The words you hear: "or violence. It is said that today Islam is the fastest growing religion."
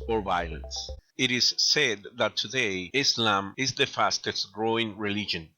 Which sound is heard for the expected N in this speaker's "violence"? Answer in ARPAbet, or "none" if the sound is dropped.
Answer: N